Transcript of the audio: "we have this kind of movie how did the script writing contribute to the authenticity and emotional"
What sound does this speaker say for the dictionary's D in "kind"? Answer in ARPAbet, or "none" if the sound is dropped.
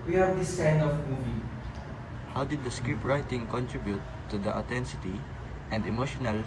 none